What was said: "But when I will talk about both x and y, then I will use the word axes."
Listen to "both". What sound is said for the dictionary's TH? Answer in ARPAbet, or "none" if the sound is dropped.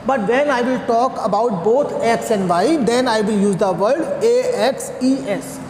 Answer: T